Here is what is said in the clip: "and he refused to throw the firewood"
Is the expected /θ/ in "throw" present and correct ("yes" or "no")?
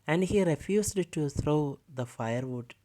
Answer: no